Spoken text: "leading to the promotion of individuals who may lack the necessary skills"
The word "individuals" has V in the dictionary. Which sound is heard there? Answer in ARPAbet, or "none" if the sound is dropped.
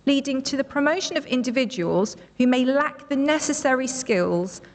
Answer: V